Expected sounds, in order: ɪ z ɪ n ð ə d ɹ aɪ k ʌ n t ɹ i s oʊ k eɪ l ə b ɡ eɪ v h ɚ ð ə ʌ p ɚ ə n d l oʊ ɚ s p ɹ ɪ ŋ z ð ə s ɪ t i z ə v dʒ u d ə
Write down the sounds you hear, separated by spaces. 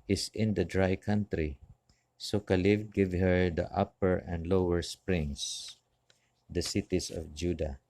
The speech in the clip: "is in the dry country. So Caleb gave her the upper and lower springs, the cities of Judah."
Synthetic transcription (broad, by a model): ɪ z ɪ n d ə d ɹ aɪ k ʌ n t ɹ i s oʊ k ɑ l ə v ɡ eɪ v h ɚ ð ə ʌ p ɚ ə n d l oʊ ɚ s p ɹ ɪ ŋ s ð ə s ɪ t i s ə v dʒ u d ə